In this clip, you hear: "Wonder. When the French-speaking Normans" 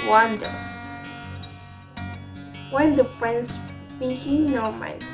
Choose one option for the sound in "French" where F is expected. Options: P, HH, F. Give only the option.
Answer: P